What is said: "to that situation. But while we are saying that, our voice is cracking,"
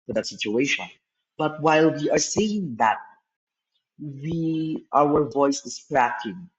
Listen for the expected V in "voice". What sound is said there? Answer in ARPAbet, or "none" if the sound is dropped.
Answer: V